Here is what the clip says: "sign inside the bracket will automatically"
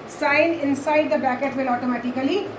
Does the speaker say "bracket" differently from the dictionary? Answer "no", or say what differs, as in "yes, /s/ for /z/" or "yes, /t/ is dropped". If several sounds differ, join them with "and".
yes, /ɹ/ is dropped